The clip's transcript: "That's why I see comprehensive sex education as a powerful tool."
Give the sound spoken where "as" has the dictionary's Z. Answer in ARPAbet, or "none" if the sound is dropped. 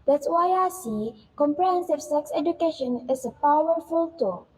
S